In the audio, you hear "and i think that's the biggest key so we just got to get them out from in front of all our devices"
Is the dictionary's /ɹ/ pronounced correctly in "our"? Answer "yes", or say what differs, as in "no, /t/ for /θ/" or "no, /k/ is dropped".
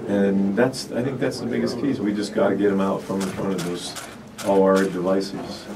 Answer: no, /l/ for /ɹ/